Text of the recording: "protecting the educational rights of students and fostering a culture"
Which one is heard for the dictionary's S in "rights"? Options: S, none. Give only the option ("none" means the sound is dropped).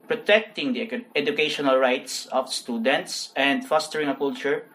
S